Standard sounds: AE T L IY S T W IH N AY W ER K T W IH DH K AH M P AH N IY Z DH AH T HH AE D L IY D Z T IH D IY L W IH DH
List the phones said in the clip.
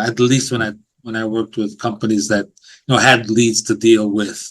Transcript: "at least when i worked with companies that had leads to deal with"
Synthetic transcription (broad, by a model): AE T L IY S T W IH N AY W ER K T W IH DH K AH M P AH N IY Z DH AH T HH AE D L IY D Z T IH D IY L W IH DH